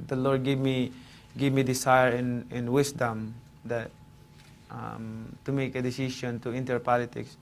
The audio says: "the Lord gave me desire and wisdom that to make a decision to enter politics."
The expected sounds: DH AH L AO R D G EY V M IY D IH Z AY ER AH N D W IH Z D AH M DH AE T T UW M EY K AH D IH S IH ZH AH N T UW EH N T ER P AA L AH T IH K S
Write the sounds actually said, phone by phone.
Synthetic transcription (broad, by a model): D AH L AO R D G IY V M IY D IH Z AY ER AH N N W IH S D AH M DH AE T T UW M EY K AH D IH S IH SH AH N T UW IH N T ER P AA L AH T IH K S